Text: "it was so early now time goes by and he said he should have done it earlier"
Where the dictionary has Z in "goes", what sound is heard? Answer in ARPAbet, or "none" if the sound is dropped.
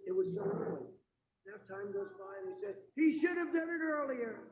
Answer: Z